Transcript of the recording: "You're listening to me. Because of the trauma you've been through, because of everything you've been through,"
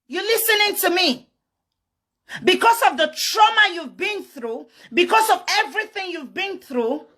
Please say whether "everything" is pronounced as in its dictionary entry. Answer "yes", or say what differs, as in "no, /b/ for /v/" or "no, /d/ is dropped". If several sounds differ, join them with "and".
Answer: yes